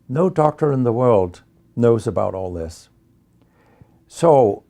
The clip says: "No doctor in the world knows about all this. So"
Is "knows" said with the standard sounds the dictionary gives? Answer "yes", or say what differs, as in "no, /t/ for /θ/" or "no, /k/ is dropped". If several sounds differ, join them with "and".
yes